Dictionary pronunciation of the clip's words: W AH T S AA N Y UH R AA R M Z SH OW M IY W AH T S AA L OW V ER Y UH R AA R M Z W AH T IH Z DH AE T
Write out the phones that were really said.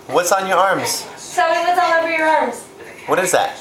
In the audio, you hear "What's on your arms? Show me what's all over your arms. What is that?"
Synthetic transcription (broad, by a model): W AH T S N Y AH R AA R M Z S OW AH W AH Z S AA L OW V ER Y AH R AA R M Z W AH T IH Z DH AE T